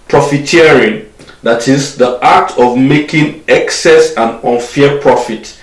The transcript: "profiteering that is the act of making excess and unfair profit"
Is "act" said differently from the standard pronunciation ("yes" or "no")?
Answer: yes